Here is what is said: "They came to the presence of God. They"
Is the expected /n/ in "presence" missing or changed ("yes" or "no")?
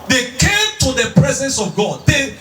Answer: no